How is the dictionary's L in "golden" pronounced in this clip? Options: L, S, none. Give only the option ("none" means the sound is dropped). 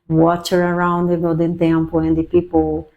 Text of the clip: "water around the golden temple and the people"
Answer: none